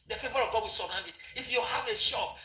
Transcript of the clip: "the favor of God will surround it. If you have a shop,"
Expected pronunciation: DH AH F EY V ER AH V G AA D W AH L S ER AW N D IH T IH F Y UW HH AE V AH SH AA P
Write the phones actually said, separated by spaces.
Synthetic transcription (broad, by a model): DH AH F EY V ER AH V G AA D W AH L S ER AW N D IH T IH F Y UW HH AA V AH SH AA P